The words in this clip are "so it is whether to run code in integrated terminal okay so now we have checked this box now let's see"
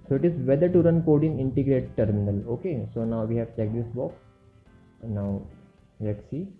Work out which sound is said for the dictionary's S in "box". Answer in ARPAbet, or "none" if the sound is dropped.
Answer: none